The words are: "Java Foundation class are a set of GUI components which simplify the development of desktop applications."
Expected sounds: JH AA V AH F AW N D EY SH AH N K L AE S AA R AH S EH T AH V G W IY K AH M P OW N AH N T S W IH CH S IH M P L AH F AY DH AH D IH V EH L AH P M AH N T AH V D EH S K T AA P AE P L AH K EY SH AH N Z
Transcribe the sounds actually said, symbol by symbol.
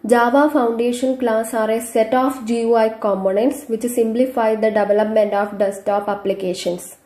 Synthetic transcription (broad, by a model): JH AA V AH F AW N D EY SH AH N K L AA S AA R AH S EH T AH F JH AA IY K AH M P OW N AH N T S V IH CH S IH M P L AH F AY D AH D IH V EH L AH P M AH N T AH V D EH S T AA P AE P L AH K EY SH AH N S